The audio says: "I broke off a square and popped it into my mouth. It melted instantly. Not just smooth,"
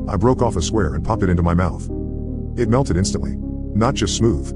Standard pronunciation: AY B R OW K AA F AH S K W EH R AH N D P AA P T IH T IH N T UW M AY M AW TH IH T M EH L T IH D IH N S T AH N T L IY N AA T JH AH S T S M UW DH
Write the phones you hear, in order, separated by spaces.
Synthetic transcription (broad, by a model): AY B R OW K AA F AH S K W EH R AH N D P AA P T IH T IH N T UW M AY M AW TH IH T M EH L T IH D IH N S T AH N T L IY N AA T JH AH S T S M UW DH